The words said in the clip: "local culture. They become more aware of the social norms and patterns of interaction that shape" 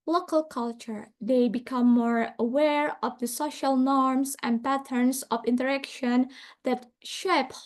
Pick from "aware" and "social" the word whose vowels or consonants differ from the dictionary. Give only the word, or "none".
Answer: none